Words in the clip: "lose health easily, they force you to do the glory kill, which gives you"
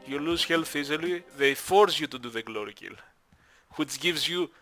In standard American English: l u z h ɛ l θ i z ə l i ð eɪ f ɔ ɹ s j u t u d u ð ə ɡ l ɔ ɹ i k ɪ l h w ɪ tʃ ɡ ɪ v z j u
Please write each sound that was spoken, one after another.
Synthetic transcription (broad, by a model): l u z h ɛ l f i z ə l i ð eɪ f ɔ ɹ s j u t u d u ð ə ɡ l ɔ ɹ i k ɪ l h w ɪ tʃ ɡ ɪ v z j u